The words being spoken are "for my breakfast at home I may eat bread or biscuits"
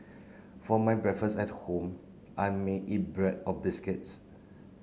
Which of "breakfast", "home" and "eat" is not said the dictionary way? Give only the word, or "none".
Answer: breakfast